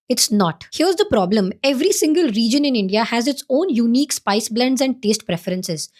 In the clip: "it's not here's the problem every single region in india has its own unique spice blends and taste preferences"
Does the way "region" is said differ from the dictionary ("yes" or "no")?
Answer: no